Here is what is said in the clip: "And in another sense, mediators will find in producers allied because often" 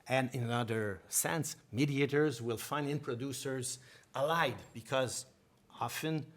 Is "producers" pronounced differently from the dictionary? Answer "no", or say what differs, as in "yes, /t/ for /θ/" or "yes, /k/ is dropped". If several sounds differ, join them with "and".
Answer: no